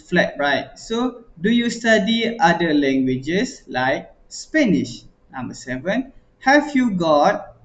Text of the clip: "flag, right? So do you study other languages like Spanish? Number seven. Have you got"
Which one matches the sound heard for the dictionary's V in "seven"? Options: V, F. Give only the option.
V